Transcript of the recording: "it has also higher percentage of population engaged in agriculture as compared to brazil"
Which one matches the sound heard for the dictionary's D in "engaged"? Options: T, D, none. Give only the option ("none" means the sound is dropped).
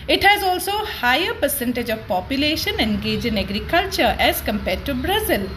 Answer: none